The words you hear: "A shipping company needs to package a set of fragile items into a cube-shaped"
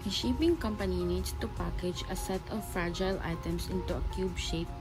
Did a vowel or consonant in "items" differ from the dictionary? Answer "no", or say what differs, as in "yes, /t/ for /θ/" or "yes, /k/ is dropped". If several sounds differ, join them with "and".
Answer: yes, /s/ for /z/